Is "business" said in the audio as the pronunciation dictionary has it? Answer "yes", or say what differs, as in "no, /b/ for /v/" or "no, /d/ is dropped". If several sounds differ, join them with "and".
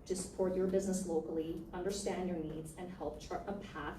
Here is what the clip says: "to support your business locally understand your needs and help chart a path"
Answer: yes